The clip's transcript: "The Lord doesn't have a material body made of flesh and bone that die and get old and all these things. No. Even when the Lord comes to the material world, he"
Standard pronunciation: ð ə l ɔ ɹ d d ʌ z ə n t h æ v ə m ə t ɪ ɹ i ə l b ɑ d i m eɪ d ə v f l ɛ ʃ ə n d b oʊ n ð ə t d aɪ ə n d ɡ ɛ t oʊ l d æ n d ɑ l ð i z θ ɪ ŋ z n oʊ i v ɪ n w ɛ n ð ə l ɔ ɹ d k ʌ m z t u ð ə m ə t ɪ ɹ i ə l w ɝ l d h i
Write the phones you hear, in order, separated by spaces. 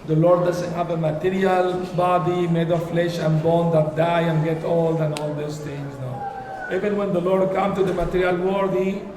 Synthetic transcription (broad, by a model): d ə l ɔ ɹ d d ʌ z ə n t h æ v ə m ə t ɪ ɹ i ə l b ɑ d i m eɪ d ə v f l ɛ ʃ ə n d b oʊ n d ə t d aɪ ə n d ɡ ɛ t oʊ l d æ n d ɑ l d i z t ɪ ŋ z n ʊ i v ɪ n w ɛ n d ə l ɔ ɹ d k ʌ m t u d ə m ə t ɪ ɹ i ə l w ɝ d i